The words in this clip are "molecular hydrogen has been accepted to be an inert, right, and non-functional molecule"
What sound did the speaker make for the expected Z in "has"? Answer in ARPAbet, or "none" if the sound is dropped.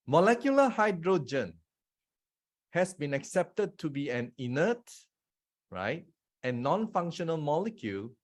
S